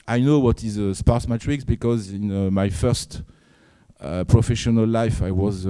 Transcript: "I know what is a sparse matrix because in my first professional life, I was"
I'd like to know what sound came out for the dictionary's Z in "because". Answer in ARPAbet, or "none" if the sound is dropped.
Z